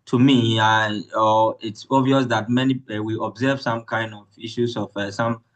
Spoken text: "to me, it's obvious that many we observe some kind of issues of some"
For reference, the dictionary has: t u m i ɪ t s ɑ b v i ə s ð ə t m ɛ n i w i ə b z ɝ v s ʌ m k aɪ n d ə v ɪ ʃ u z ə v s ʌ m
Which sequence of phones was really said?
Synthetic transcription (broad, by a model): t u m i ɪ t s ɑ v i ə s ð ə t m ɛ n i w i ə b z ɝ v s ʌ m k aɪ n d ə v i ʃ u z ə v s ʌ m